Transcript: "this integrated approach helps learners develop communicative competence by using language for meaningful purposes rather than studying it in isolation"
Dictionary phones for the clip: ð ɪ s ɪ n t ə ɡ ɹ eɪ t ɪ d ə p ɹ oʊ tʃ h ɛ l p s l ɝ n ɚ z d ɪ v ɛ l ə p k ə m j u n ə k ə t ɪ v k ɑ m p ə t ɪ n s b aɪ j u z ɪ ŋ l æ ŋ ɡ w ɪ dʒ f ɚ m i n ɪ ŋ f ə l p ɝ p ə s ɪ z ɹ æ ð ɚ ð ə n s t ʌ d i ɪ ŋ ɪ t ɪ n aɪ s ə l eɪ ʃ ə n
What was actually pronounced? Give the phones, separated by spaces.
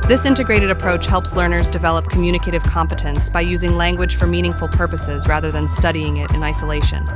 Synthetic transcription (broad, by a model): ð ɪ s ɪ n t ə ɡ ɹ eɪ t ɪ d ə p ɹ oʊ tʃ h ɛ l p s l ɝ n ɚ z d ɪ v ɛ l ə p k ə m j u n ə k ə t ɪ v k ɑ m p ə t ɪ n s b aɪ j u z ɪ ŋ l æ ŋ ɡ w ɪ dʒ f ɚ m i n ɪ ŋ f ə l p ɝ p ə s ɪ z ɹ æ ð ɚ ð ə n s t ʌ d i ɪ ŋ ɪ t ɪ n aɪ s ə l eɪ ʃ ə n